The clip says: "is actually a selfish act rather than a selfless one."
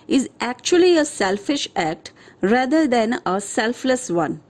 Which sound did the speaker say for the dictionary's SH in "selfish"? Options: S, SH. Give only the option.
SH